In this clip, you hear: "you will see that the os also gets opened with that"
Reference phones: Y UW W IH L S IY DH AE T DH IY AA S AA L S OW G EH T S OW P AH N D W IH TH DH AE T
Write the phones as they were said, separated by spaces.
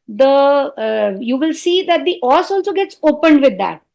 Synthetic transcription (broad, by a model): Y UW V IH L S IY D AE T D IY AA S AA L S OW G EH T S OW P AH N D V IH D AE T